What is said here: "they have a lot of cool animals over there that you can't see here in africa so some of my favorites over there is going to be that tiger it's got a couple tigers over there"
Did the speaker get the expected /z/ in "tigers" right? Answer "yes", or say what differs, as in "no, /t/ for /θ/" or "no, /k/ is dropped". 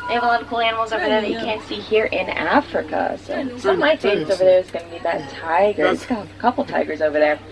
yes